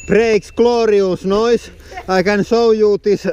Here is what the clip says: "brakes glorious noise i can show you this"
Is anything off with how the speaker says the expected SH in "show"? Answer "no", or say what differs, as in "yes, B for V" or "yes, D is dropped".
yes, S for SH